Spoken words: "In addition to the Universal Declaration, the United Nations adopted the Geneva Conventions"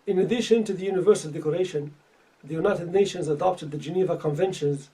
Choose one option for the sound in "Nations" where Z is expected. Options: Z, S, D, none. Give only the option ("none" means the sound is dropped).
Z